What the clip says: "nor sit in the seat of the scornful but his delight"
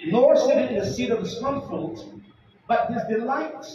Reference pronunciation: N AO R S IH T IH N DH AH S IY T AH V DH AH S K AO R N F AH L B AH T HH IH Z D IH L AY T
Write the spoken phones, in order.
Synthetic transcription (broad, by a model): N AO R S IH T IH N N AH S IY T AH V DH AH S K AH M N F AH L B AH T HH IH Z D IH L AY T